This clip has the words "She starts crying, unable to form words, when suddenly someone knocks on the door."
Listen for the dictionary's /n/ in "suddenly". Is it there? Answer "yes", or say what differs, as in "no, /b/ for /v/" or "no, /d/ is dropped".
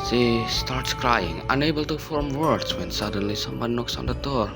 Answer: yes